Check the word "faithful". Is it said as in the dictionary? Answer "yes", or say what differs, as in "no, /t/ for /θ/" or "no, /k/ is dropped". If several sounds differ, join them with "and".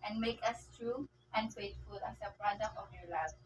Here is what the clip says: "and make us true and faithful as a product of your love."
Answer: no, /t/ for /θ/